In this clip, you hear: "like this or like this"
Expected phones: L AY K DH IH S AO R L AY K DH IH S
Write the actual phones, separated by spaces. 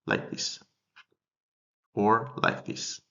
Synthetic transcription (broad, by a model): L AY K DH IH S AO R L AY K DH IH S